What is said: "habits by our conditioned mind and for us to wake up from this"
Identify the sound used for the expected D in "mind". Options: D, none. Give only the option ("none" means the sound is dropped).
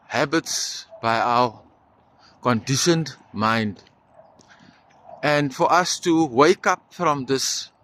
D